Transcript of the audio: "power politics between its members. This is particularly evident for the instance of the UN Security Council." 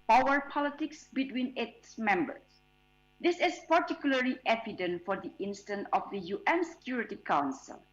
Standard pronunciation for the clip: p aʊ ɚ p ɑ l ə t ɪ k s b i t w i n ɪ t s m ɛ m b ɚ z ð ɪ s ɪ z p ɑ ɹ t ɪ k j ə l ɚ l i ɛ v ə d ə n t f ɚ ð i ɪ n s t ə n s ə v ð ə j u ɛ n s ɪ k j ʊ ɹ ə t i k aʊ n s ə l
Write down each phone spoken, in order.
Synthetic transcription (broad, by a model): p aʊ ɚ p ɑ l ə t ɪ k s b i t w i n ɪ t s m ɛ m b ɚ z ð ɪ s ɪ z p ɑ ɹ t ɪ k j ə l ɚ l i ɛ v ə d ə n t f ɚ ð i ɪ n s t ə n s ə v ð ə j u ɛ n s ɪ k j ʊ ɹ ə t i k aʊ n s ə l